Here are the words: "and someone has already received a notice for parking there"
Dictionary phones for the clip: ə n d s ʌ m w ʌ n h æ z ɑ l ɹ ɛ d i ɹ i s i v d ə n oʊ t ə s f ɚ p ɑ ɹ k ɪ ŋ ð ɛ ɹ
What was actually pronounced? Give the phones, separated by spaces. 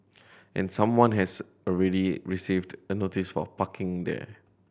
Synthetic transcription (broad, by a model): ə n s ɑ m w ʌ n h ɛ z ɑ l ɹ ɛ d i ɹ i s i v d ə n oʊ t ə s f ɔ p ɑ k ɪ ŋ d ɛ